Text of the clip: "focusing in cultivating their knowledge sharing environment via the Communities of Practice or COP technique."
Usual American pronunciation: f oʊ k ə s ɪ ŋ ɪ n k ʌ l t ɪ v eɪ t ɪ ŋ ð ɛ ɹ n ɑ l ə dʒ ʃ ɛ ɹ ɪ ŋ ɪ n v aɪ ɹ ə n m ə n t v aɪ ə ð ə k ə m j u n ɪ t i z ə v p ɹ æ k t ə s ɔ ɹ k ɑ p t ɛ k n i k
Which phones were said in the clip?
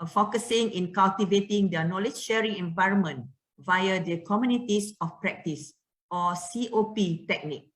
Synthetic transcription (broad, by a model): f oʊ k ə s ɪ ŋ ɪ n k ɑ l t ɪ v eɪ t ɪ ŋ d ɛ n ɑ l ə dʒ ʃ ɛ ɹ ɪ ŋ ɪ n v aɪ ɹ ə n m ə n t v aɪ ə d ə k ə m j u n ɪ t i s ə f p ɹ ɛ k t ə s ɔ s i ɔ p t ɛ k n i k